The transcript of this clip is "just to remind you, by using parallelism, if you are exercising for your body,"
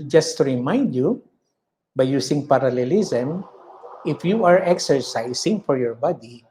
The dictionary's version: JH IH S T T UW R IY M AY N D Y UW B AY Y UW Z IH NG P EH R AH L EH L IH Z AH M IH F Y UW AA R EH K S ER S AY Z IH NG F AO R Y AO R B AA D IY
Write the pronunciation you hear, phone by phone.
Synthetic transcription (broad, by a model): JH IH S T T UW R IY M AY N D Y UW B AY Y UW S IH NG P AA R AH L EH L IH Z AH M IH F Y UW AA R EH K S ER S AY S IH NG F AO R Y AO R B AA D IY